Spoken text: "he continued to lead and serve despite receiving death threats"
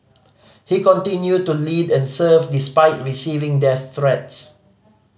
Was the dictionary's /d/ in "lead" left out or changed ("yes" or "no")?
no